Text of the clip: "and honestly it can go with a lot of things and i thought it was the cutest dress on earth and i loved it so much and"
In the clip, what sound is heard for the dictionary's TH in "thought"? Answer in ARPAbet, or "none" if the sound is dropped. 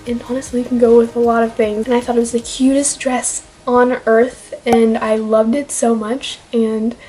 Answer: TH